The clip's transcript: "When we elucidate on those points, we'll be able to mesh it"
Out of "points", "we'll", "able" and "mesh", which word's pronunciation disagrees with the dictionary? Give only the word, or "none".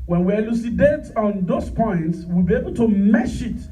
none